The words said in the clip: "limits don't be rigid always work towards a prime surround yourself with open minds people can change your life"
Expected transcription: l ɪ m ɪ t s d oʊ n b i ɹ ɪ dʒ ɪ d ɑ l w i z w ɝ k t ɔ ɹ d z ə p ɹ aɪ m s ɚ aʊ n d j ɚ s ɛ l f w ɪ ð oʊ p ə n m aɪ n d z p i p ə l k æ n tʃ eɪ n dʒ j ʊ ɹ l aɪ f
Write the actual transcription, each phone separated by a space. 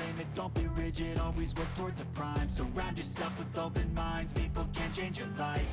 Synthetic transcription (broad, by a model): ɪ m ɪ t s d oʊ n b i ɹ ɪ dʒ ɪ d ɑ l w i z w ɝ k t ɔ ɹ d z ə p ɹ aɪ m s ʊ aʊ n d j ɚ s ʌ f w ɪ ð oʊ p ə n m aɪ n d z p i p l k æ n tʃ eɪ n dʒ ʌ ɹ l aɪ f